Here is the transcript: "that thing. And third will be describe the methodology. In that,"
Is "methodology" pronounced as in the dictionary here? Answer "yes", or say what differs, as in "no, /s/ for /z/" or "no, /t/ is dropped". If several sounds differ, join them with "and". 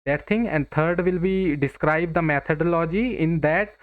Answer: no, /t/ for /θ/